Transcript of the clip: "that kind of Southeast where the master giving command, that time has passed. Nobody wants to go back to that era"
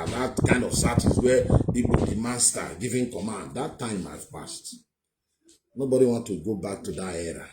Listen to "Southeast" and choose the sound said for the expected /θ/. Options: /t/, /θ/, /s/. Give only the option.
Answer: /t/